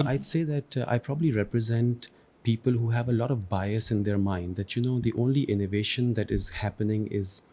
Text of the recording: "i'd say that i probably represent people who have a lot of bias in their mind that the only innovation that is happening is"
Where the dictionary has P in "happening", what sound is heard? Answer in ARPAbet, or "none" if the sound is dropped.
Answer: P